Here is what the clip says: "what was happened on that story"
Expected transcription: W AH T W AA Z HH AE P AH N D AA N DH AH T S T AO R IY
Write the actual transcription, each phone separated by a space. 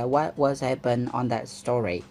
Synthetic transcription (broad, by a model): W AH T W AA Z HH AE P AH N AA N DH AH T S T AO R IY